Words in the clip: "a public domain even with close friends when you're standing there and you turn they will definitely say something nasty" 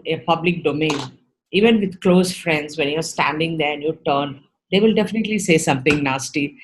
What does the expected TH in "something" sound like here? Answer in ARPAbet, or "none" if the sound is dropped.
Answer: T